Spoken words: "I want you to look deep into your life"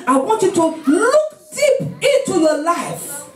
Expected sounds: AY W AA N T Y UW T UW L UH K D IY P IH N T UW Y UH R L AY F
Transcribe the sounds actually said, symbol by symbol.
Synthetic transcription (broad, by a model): AY W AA N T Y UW T UW L UH K D IY P IH N T UW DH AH L AY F